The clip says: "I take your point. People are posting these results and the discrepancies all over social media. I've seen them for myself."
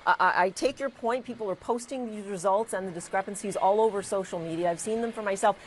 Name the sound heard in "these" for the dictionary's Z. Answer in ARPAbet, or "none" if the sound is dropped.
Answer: Z